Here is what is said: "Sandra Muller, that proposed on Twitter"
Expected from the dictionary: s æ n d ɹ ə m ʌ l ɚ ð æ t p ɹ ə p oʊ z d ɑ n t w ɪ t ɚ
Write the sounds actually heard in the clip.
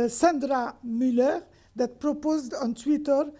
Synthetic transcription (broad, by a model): s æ n d ɹ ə m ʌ l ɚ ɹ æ t p ɹ ə p oʊ z d ɑ n t w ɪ t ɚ